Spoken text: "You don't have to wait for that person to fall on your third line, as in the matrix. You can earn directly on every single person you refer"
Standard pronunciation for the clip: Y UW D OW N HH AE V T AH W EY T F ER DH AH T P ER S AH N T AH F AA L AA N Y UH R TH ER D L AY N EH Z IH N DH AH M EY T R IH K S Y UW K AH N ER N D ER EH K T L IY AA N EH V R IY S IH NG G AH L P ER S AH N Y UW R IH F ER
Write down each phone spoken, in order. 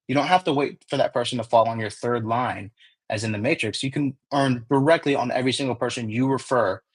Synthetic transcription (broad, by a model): Y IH D OW N HH AE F T AH W EY T F ER DH AH T P ER S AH N T AH F AA L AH N Y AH R TH ER D L AY N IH Z IH N DH AH M EY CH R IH K S Y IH K AH N ER N D ER EH K T L IY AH N EH V R IY S IH NG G L P ER S AH N Y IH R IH F ER